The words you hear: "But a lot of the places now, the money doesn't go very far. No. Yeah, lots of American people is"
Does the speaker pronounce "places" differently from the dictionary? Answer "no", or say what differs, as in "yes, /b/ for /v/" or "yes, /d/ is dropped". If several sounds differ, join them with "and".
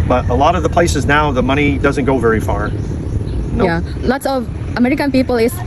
no